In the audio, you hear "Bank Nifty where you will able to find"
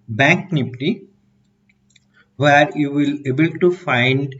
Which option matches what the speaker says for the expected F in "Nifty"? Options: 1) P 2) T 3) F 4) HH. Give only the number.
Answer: 1